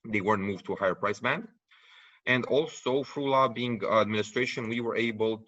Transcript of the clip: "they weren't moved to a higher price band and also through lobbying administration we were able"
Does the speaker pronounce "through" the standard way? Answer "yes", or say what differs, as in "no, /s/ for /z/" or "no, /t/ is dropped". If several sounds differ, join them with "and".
no, /f/ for /θ/